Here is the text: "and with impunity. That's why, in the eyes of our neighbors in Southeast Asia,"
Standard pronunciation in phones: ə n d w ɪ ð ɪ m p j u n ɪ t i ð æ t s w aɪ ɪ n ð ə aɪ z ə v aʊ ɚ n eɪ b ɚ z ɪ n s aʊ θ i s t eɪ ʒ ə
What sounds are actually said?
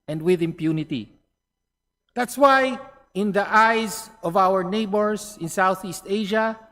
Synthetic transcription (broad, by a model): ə n d w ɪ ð ɪ m p j u n ɪ t i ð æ t s w aɪ ɪ n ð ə aɪ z ə v aʊ ɚ n eɪ b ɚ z ɪ n s aʊ θ i s t eɪ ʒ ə